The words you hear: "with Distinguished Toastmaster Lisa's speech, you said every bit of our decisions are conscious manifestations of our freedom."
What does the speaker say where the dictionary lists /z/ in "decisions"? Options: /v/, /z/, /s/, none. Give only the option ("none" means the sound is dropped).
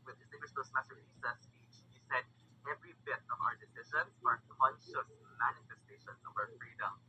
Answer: none